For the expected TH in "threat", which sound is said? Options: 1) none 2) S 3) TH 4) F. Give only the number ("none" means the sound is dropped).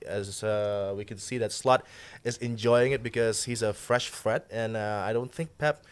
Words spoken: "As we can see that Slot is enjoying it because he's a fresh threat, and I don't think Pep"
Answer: 4